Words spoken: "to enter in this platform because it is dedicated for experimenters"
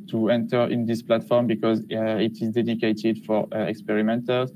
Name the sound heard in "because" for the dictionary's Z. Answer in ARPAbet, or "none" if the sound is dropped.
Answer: Z